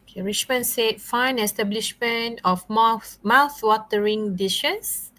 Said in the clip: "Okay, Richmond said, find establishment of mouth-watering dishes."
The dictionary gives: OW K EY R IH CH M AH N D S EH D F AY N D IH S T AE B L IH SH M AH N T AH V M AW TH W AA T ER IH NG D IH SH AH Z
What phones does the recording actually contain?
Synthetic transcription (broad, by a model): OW K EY R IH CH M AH N S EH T F AY N IH S T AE B L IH SH M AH N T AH F M AW TH W AA T ER IH NG D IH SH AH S